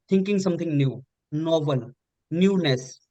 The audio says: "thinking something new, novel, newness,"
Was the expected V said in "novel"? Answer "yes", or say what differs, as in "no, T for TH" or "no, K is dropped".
no, B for V